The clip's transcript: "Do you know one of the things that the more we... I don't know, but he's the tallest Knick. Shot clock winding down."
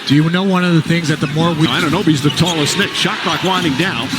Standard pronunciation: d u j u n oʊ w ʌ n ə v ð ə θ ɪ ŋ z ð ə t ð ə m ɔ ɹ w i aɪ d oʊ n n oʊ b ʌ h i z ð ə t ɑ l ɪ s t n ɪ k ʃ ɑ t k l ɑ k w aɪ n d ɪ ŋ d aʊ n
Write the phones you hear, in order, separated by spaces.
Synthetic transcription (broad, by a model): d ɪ j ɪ n oʊ w ʌ n ə v ð ə θ ɪ ŋ z ð ə t ð ə m ɔ ɹ w i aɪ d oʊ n n oʊ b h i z ð ə t ɑ l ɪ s n ɪ k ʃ ɑ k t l ɑ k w aɪ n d ɪ ŋ d aʊ n